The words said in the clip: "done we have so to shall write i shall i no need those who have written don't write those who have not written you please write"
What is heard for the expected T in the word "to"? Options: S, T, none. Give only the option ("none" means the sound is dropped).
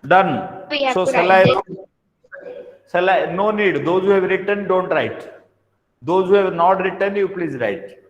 S